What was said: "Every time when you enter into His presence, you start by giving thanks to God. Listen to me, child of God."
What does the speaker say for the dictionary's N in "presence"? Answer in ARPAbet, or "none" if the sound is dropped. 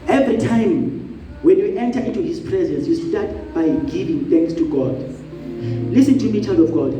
N